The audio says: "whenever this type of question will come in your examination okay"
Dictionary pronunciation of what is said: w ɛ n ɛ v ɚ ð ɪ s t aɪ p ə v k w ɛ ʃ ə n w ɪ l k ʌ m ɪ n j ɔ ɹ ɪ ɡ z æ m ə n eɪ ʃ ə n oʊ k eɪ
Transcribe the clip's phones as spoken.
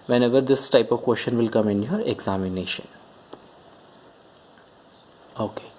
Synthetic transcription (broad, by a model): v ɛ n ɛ v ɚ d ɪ s t aɪ p ə v k w ɛ ʃ ə n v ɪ l k ʌ m ɪ n j ɔ ɹ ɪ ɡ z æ m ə n eɪ ʃ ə n oʊ k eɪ